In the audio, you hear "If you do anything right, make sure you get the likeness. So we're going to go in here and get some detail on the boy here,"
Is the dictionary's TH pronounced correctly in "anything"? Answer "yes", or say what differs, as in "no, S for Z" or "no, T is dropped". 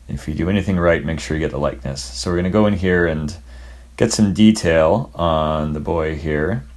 yes